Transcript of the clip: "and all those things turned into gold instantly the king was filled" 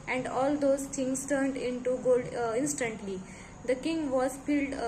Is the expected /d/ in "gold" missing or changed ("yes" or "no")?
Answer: no